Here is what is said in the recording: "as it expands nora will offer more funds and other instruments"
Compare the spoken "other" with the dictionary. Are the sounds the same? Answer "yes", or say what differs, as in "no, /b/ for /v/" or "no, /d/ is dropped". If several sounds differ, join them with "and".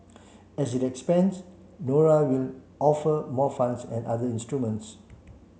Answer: no, /ð/ is dropped